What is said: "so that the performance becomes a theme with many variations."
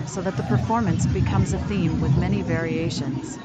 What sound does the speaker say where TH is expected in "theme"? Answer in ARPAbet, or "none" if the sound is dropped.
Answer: TH